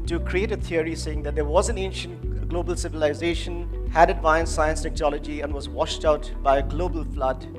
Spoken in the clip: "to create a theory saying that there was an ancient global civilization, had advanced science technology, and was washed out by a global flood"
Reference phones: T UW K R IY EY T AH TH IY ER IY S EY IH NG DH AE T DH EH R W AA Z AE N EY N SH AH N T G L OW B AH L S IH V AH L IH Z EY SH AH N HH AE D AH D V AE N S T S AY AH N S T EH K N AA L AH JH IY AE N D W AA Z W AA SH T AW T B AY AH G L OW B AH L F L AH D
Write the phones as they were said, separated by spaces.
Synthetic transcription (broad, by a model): T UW K R IY EY T AH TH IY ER IY S EY IH NG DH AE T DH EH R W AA Z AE N EY N SH AH N T G L OW B AH L S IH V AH L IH Z EY SH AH N HH AE D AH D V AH N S S AY AH N S T EH K N AA L AH JH IY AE N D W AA Z W AA SH T AW T B AY AH G L OW B AH L F L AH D